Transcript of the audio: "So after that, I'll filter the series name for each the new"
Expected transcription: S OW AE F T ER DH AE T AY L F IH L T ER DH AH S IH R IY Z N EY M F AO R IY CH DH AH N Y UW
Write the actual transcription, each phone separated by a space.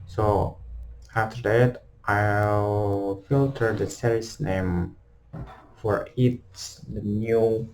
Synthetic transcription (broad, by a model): S OW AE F T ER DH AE T AY L F IH L T ER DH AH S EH L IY S N EY M F AO R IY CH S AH N Y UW